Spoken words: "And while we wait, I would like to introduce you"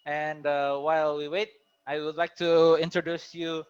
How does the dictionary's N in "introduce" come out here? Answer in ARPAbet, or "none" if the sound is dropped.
N